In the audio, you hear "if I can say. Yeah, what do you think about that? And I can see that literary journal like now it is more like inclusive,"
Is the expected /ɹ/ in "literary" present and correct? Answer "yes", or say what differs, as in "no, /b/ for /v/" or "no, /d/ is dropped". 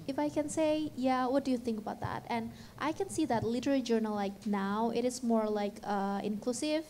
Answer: no, /l/ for /ɹ/